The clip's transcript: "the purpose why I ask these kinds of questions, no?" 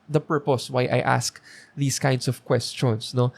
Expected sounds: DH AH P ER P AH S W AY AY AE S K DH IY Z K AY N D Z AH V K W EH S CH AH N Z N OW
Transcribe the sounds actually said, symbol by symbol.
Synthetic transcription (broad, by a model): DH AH P ER P AH S W AY AY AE S K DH IY S K AY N D S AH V K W EH S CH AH N S N OW